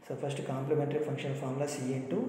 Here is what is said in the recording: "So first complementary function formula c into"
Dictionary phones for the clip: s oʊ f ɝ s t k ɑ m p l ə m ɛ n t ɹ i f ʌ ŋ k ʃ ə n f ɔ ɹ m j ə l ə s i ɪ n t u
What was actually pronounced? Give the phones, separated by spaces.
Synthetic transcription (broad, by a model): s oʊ p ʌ s t k ɑ m p l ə m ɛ n t ɹ i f ʌ ŋ k ʃ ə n p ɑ ɹ m l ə s i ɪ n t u